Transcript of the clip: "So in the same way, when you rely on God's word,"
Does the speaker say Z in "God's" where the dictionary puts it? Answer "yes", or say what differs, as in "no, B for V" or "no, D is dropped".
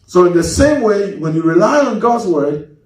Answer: yes